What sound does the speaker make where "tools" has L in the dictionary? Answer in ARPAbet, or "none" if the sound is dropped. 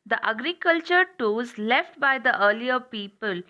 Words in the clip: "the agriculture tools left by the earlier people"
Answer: none